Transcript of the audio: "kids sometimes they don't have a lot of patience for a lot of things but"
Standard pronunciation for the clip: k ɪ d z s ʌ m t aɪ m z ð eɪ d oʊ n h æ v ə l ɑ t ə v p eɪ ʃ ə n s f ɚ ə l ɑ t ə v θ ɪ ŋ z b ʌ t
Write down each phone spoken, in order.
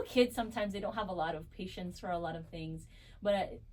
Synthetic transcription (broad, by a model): k ɪ d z s ʌ m t aɪ m z ð eɪ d oʊ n h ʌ v ə l ɑ t ə v p eɪ ʃ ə n s f ɚ ə l ɑ t ə v θ ɪ ŋ z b ʌ t